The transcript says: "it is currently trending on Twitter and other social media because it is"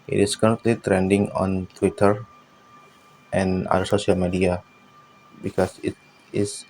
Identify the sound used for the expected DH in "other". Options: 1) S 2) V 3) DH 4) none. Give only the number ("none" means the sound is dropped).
4